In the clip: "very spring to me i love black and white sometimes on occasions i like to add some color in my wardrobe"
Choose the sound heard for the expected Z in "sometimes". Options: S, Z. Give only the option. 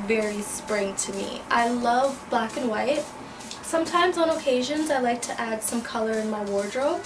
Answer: Z